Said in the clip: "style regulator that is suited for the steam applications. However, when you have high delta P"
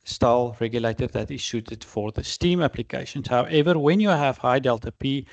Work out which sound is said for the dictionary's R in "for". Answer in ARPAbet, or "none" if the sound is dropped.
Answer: R